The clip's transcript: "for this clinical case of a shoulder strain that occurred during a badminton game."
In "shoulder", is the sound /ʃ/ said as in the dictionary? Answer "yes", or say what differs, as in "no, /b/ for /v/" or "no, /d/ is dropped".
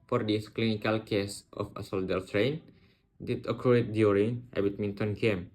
no, /s/ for /ʃ/